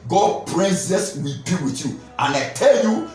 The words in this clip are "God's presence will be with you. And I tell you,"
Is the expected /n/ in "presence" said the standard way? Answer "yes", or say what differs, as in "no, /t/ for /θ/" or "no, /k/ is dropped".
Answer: no, /n/ is dropped